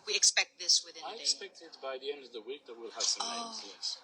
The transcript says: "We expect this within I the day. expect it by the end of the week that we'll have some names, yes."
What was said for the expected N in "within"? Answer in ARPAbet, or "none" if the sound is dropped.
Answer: none